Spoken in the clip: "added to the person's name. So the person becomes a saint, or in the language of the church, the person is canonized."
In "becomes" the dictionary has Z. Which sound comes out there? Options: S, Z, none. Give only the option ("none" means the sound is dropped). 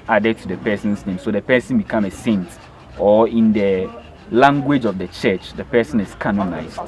none